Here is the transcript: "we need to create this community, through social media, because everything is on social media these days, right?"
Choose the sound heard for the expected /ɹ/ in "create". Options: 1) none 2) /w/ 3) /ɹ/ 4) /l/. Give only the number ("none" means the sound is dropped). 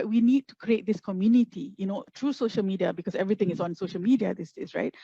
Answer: 3